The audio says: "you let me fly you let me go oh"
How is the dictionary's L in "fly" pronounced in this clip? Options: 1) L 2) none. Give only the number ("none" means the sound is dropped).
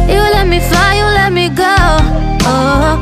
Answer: 2